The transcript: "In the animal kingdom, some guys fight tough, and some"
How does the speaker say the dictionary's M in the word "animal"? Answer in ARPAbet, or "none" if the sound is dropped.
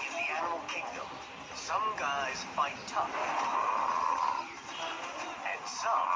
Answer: none